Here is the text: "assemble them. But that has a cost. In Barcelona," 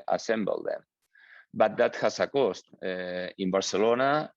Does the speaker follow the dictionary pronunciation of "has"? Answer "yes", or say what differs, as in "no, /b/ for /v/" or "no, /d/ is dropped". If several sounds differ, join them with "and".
no, /s/ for /z/